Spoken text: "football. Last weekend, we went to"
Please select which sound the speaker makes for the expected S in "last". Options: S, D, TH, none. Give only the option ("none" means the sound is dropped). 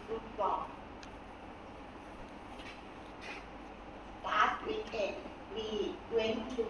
none